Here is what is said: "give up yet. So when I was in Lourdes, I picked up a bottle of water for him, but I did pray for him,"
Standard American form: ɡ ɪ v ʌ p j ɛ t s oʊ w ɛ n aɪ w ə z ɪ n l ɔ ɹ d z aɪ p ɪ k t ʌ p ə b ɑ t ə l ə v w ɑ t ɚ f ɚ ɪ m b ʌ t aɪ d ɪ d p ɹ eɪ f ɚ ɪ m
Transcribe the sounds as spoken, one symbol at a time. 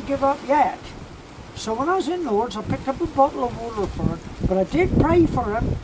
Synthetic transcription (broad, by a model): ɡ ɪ v ʌ p j ɛ t s oʊ w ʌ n aɪ w ə z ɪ n w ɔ ɹ d z aɪ p ɪ k t ʌ p ə b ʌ t l ə v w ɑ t ɚ f ɚ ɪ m b ʌ t aɪ d ɪ d p ɹ eɪ f ɚ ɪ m